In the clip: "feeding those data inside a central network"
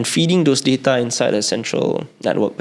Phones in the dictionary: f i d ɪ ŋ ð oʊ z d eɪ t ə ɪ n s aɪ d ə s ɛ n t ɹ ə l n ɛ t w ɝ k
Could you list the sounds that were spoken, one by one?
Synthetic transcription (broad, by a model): f i d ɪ ŋ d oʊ s d eɪ t ə ɪ n s aɪ d ə s ɛ n t ɹ ə l n ɛ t w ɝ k